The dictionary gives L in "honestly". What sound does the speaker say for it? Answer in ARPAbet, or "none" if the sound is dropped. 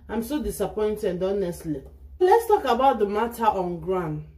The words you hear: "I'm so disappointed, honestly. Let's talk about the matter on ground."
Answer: L